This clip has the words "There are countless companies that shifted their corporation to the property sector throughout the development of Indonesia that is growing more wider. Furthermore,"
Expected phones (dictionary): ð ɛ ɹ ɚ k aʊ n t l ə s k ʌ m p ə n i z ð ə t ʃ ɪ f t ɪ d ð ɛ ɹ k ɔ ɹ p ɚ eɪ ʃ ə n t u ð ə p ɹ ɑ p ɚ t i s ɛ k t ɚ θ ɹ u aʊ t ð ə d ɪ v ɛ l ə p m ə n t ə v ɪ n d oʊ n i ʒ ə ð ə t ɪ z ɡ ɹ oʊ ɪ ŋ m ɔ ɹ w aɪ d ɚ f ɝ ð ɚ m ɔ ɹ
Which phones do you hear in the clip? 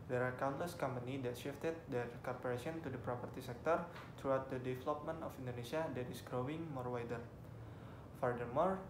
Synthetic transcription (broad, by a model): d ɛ ɹ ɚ k aʊ n t l ə s k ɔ m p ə n i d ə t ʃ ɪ f t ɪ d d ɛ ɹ k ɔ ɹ p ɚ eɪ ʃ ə n t u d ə p ɹ ɑ p ɚ t i s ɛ k t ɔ t ɹ u aʊ t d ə d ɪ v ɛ l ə p m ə n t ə f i n d oʊ n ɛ s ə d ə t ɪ s ɡ ɹ oʊ ɪ ŋ m ɔ ɹ w aɪ d ɚ f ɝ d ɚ m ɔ ɹ